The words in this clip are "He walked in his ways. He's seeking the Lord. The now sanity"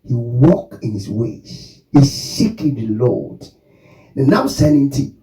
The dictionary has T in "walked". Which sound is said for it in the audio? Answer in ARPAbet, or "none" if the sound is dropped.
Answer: none